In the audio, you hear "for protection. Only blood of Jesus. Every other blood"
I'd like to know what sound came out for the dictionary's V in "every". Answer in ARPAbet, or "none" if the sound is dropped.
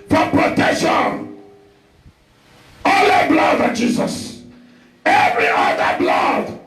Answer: V